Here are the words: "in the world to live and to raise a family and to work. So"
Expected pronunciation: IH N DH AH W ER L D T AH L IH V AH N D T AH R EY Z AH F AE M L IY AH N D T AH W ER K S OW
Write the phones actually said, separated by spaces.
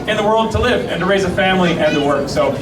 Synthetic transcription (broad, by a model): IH N DH AH W ER L D T AH L IH V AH N T AH R EY Z AH F AE M L IY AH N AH W ER K S OW